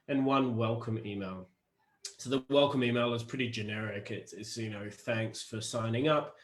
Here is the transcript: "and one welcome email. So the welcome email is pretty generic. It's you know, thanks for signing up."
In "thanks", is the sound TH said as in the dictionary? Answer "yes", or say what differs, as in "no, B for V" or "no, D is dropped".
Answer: yes